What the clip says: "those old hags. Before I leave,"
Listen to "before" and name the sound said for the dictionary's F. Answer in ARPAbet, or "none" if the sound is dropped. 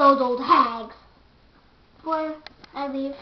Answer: none